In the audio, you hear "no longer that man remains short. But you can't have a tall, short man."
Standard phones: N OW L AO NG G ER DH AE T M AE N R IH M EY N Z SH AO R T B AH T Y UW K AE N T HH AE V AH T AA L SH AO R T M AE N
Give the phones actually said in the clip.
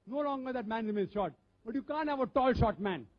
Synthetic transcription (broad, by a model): N OW L AO NG G ER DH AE T M AE N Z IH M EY Z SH AO T B AH T Y UW K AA N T HH AE V AH T AA L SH AO T M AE N